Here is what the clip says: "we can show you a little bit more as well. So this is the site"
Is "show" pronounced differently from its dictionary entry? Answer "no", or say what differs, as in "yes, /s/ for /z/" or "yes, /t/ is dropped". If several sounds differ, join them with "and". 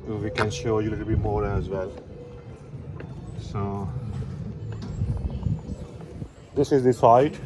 no